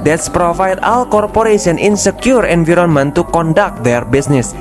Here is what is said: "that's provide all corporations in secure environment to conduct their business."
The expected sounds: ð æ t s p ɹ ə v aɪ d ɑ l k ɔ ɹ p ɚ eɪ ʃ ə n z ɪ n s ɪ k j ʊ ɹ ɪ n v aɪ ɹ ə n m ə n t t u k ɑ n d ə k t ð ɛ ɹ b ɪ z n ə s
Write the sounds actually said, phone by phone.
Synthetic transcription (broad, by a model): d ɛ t s p ɹ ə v aɪ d ɑ l k ɔ ɹ p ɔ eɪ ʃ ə n ɪ n s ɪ k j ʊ ɹ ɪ n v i ɹ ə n m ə n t t u k ɑ n d ə k t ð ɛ ɹ b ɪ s n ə s